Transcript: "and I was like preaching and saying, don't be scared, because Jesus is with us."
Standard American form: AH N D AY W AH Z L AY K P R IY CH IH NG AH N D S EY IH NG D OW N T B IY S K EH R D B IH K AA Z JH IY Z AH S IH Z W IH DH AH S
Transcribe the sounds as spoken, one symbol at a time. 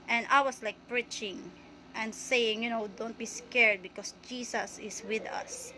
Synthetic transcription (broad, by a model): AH N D AY W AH S L AY K P R IY CH IH NG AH N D S EY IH NG D OW N T B IY S K EH R D B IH K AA S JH IY S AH S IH S W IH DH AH S